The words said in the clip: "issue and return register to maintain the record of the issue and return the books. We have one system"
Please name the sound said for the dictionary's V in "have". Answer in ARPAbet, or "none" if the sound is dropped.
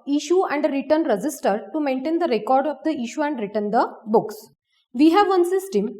V